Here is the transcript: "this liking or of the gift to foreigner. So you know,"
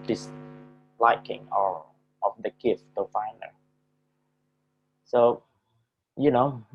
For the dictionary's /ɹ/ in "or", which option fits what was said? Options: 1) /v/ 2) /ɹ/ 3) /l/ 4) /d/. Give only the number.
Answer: 3